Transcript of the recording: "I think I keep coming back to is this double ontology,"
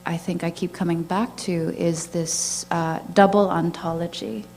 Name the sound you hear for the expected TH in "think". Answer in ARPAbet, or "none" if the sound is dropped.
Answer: TH